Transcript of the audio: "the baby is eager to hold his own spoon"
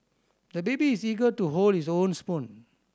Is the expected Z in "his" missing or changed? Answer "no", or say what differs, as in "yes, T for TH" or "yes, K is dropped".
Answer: yes, S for Z